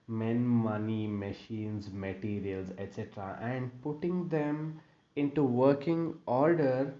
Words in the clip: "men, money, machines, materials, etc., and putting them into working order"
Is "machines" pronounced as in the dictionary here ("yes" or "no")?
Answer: yes